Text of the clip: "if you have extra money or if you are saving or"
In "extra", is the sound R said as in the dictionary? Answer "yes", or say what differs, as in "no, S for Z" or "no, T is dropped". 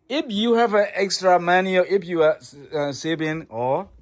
yes